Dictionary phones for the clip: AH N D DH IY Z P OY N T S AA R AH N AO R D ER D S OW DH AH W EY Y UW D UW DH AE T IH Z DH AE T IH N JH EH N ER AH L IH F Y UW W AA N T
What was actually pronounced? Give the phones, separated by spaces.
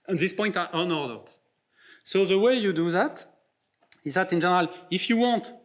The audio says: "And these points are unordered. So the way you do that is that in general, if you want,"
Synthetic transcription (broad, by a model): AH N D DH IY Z P OY N T AA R AH N AO R D ER D S OW DH AH W EY Y UW D UW DH AE T IH Z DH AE T IH N JH EH N ER AH L IH F Y UW W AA N T